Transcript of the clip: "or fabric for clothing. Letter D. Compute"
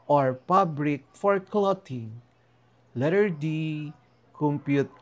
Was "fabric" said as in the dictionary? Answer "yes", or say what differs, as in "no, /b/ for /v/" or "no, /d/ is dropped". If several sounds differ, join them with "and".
no, /p/ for /f/